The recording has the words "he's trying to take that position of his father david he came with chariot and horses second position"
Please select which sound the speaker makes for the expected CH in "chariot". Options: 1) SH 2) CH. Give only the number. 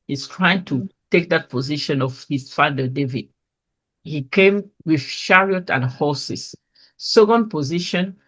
1